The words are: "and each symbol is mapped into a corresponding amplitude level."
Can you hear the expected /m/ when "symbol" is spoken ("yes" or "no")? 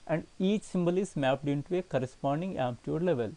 yes